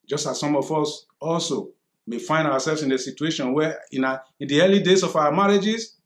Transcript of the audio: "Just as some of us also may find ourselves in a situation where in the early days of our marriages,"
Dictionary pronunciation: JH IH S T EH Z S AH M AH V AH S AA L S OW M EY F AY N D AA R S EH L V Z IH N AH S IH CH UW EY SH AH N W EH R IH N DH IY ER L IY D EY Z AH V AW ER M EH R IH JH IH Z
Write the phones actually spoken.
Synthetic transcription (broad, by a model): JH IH S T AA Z S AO M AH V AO S AA L S OW M EY F AY N D AA W S EH L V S IH N AH S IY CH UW EY SH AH N W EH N IH N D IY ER L IY D EY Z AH F AW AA M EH R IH JH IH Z